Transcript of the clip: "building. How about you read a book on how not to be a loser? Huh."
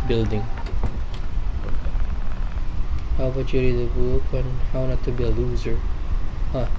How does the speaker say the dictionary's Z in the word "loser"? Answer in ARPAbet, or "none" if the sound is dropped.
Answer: Z